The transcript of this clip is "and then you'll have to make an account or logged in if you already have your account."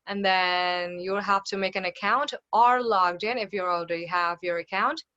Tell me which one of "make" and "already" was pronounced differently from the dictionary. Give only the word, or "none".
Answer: already